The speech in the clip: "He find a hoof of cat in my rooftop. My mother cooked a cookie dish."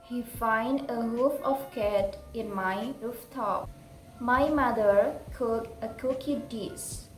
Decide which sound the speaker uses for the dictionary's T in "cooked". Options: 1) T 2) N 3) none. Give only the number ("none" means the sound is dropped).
3